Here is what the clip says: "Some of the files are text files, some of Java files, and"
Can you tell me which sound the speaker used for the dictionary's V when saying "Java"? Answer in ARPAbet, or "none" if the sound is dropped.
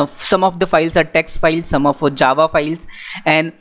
V